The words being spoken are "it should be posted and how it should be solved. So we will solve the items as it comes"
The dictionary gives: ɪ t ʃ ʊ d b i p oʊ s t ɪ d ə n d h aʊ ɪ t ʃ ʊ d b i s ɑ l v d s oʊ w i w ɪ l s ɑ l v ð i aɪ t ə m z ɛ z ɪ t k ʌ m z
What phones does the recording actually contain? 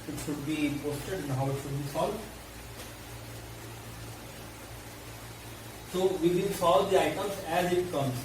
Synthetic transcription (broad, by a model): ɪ t ʃ ʊ d b i p oʊ s t ɪ d ə n d h aʊ ɪ t ʃ ʊ d b i s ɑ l d s oʊ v i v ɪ n s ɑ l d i aɪ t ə m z ɛ z ɪ t k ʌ m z